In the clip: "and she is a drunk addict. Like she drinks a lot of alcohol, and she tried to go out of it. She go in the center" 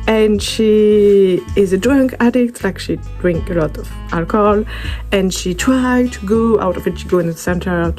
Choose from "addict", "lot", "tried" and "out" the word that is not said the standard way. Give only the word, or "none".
none